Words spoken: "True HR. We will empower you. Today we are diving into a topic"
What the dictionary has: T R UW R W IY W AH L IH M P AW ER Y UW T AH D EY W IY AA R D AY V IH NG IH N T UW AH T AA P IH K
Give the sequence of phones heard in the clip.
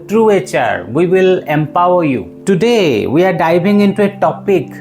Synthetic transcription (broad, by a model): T R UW R W IY W AH L IH M P AW ER Y UW T AH D EY W IY AA R D AY B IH NG IH N T UW AH T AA P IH K